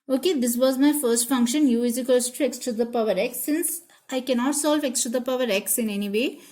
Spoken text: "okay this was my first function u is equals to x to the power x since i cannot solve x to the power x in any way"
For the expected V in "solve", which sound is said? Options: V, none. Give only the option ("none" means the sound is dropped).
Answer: V